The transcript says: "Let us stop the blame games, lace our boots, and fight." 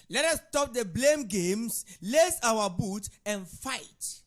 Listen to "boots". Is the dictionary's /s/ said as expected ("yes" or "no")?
no